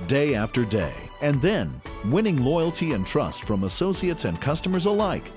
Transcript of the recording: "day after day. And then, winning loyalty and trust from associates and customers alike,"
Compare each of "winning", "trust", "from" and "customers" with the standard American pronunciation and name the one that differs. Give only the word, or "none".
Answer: none